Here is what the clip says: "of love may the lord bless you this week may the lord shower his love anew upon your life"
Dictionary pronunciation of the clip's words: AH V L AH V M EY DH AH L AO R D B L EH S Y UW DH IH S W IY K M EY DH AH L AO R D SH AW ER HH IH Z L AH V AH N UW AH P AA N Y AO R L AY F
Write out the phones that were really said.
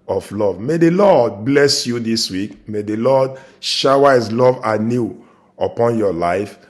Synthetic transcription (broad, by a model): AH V L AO V M EY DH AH L AO D B L EH S Y UW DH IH S W IY K M EY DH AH L AO D SH AW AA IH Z L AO V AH N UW AH P AA N Y AO L AY F